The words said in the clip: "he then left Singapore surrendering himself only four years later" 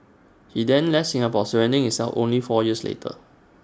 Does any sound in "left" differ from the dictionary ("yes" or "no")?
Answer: yes